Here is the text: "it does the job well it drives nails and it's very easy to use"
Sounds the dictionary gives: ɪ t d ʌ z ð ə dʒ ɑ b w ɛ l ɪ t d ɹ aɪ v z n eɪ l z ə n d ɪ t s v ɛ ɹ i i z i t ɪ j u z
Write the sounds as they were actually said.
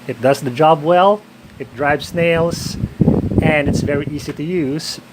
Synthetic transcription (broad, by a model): ɪ t d ʌ z ð ə dʒ ɑ b w ɛ l ɪ t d ɹ aɪ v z n eɪ l z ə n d ɪ t s v ɛ ɹ i i z i t ɪ j u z